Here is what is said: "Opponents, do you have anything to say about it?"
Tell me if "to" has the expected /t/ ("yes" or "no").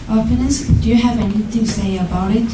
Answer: no